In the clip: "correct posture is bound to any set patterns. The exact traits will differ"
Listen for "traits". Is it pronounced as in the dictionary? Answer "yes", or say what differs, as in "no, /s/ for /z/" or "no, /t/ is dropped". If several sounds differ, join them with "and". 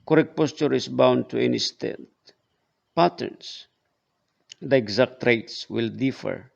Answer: yes